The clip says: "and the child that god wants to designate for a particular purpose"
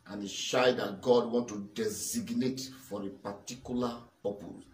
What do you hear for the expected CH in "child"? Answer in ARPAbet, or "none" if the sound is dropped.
SH